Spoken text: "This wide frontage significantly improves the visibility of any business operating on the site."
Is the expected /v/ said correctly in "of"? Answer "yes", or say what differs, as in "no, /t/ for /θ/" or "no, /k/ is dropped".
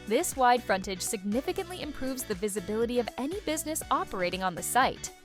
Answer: yes